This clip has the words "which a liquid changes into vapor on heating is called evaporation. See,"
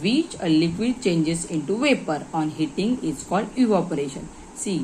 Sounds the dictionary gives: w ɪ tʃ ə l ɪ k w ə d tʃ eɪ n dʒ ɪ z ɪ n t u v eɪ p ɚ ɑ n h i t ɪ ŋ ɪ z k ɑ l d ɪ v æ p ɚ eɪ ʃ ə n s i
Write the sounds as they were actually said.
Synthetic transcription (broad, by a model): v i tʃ ə l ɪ k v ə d tʃ eɪ n dʒ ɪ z ɪ n t u v eɪ p ɚ ɑ n h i t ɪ ŋ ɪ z k ɑ l d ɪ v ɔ p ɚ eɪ ʃ ə n s i